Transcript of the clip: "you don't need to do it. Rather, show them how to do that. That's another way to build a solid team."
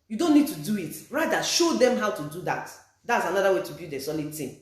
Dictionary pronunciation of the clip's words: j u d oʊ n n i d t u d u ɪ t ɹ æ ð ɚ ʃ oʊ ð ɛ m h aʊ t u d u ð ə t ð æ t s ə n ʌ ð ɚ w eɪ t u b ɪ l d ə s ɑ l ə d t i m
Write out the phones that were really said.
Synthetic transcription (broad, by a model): j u d oʊ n n i d t u d u ɪ t ɹ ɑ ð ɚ ʃ oʊ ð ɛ m h aʊ t u d u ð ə t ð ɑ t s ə n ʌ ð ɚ w eɪ t u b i d ə s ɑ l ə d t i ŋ